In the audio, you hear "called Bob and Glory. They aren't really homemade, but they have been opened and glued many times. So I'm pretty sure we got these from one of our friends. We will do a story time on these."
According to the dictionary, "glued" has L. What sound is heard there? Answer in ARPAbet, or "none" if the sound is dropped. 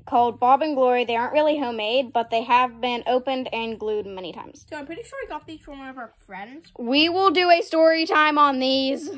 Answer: L